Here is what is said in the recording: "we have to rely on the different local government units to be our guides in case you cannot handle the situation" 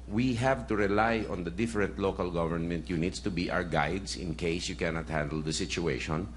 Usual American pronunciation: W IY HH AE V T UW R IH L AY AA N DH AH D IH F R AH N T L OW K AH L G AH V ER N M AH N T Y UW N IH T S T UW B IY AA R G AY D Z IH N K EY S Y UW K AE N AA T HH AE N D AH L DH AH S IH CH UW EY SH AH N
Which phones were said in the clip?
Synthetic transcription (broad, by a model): W IY HH AE V T UW R IH L AY AA N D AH D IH F R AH N T L OW K AH L G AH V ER N M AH N T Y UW N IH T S T UW B IY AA W G AY D S IH N K EY S Y UW K AE N AA T HH AE N D AH L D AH S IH CH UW EY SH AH N